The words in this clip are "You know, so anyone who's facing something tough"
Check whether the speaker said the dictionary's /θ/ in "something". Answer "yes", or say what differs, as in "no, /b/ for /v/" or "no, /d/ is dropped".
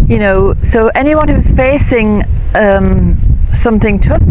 yes